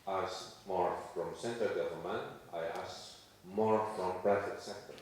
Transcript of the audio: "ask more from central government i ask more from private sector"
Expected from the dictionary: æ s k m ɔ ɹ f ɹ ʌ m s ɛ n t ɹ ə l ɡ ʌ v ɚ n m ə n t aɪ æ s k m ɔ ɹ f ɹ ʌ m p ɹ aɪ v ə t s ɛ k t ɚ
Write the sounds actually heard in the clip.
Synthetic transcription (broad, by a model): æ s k m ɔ ɹ f ɹ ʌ m s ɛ n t ə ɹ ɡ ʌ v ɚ l m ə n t aɪ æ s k m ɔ ɹ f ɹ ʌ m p ɹ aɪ f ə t s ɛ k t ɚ